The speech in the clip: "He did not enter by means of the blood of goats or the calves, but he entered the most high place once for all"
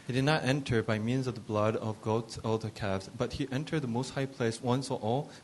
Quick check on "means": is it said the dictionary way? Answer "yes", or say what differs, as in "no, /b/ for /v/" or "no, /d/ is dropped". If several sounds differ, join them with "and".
yes